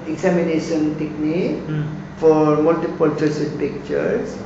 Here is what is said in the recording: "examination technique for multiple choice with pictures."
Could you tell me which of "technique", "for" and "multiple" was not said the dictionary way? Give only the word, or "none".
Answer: none